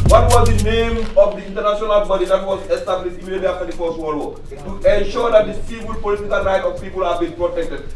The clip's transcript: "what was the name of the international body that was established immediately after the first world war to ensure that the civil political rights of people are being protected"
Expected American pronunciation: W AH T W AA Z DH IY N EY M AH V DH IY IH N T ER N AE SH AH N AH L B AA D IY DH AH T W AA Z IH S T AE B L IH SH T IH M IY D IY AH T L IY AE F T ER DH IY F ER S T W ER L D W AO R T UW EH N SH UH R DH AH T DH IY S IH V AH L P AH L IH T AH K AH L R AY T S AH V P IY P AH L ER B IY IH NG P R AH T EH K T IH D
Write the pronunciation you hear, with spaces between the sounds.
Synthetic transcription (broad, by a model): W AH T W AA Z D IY N EY M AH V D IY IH N T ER N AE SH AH N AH L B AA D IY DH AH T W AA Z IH S T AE B L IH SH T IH M IY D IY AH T L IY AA F T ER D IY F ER S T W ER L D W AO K T UW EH N SH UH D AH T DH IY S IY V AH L P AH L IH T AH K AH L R AY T AH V P IY P AH L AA B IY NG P R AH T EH K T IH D